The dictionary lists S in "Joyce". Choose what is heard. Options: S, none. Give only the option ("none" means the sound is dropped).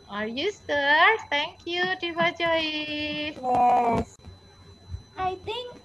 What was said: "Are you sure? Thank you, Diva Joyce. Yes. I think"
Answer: none